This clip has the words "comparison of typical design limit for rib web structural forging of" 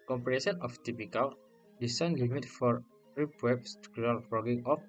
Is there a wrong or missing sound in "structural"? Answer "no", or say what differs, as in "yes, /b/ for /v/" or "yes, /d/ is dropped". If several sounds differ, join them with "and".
yes, /ɹ/ is dropped and /tʃ/ is dropped